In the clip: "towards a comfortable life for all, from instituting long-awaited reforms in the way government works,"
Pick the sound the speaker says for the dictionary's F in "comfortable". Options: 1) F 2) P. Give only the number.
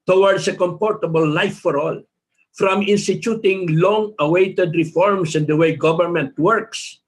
2